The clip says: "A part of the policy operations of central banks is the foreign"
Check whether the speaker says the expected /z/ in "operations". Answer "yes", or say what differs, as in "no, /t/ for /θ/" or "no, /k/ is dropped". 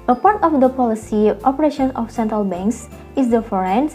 no, /z/ is dropped